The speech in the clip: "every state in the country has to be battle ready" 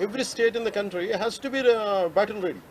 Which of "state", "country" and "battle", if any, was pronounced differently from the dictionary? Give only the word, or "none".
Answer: battle